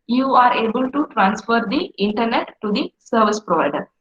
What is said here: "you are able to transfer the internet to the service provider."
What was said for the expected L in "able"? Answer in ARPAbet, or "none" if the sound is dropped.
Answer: L